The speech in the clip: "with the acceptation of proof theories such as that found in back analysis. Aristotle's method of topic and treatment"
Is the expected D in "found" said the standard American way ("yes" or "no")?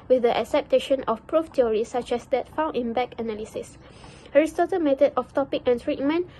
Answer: no